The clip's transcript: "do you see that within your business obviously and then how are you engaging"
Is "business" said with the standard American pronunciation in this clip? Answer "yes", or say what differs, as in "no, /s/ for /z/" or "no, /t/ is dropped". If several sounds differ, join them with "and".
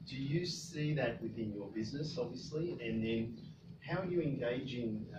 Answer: yes